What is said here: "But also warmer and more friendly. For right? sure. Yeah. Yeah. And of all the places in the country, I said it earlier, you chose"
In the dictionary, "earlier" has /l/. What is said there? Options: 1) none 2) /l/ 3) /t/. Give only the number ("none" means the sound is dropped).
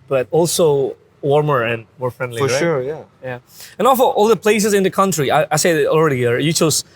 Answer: 1